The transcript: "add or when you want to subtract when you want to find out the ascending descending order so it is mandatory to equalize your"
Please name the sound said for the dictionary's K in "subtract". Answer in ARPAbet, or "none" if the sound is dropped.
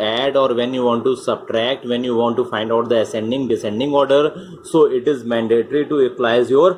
K